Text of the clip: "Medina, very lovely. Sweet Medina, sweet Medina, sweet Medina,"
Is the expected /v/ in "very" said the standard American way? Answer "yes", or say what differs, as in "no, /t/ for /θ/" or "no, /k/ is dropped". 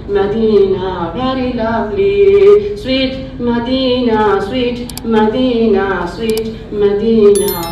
no, /b/ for /v/